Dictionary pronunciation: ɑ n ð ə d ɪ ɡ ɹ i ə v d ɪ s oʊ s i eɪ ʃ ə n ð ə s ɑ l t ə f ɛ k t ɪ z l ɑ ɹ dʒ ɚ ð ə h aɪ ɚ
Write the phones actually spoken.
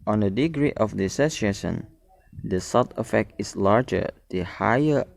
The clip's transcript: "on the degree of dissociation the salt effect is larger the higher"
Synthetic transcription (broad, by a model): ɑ n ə d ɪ ɡ ɹ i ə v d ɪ s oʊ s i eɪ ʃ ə n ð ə s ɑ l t ə f ɛ k t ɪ s l ɑ ɹ dʒ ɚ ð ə h aɪ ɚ